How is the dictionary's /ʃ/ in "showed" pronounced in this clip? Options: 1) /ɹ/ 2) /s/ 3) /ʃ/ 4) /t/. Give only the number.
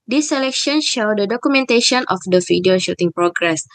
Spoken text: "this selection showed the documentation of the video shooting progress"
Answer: 3